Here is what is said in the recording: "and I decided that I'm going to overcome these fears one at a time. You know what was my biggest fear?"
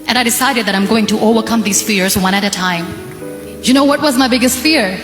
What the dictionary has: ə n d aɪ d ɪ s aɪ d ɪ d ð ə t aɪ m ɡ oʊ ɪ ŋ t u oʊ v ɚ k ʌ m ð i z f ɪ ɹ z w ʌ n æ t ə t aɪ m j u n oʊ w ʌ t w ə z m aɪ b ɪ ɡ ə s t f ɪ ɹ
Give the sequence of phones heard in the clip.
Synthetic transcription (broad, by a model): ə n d aɪ d ɪ s aɪ d ɪ d ð ə t aɪ m ɡ oʊ ɪ ŋ t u oʊ v ɚ k ʌ m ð i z f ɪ ɹ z w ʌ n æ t ə t aɪ m j u n oʊ w ʌ t w ə z m aɪ b ɪ ɡ ə s t f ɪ ɹ